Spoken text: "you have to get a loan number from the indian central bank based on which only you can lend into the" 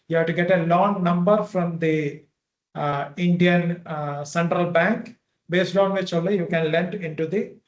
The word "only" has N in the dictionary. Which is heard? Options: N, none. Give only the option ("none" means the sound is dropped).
none